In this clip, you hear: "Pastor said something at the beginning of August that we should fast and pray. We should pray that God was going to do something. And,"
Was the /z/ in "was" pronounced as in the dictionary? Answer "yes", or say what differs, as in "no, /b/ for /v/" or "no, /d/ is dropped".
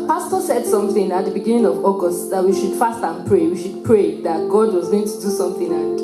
yes